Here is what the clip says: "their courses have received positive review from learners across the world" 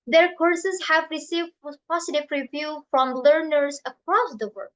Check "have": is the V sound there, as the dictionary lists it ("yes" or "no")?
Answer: yes